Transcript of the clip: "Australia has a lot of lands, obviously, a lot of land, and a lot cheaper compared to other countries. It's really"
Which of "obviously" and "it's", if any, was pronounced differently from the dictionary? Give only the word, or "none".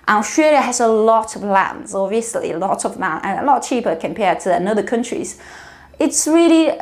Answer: obviously